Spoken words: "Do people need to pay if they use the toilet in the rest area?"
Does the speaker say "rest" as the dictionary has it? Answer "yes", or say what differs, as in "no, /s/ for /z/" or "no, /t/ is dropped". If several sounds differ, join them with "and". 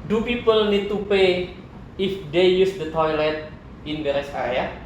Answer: no, /t/ is dropped